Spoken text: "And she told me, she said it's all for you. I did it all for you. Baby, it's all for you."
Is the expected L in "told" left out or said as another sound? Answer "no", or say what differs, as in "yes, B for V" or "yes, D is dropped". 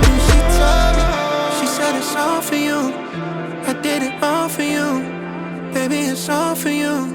yes, L is dropped